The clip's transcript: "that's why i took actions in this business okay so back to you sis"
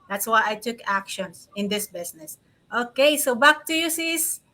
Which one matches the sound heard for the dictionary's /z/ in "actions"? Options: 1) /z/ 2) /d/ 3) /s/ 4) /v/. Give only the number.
3